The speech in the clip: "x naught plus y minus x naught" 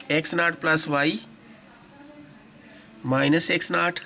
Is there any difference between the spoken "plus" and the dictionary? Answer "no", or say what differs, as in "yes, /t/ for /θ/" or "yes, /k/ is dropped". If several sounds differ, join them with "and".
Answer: no